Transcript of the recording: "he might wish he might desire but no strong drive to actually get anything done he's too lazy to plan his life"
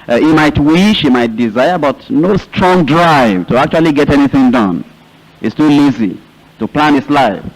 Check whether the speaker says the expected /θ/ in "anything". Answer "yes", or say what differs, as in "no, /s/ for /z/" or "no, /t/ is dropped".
yes